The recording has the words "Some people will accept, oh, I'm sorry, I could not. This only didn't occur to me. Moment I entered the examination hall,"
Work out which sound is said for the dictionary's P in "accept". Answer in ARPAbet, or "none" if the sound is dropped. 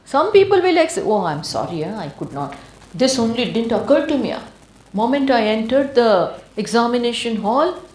none